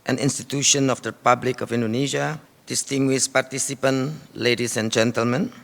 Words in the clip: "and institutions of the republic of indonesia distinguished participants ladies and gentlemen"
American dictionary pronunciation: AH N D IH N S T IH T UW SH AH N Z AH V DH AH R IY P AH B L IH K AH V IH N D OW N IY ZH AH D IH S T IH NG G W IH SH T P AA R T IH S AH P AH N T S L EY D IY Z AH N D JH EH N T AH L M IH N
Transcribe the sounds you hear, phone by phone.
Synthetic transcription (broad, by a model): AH N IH N S T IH T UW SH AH N AH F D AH R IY P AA B L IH K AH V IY N D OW N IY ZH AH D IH S T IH NG G W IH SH P AA R T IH S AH P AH N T L EY D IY S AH N JH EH N T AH L M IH N